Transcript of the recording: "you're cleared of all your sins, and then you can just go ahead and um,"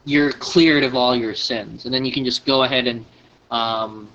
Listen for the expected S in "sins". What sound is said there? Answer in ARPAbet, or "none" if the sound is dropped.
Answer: S